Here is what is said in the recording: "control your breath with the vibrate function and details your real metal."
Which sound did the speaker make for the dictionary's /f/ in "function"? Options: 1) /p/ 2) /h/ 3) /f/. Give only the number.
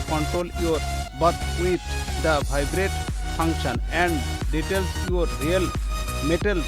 1